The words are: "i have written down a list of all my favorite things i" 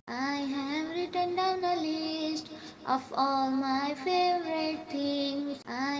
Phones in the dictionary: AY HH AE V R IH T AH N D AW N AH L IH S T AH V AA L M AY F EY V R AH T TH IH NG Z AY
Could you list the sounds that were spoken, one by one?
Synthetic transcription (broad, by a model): AY HH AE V R IH T AH N D AW N AH L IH S T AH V AA L M AY F EY V R AH T T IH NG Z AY